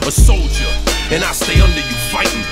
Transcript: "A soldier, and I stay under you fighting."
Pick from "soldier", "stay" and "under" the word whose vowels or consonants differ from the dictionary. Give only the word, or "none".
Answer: none